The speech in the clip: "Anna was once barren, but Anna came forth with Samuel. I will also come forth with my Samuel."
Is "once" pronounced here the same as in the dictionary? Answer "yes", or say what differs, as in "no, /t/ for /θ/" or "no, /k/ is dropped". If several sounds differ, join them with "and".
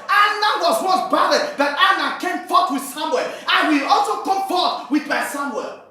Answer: no, /n/ is dropped